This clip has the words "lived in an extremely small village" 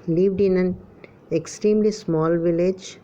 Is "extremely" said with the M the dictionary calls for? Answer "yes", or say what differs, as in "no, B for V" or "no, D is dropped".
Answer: yes